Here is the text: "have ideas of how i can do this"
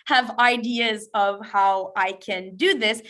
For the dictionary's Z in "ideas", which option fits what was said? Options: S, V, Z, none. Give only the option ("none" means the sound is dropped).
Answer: Z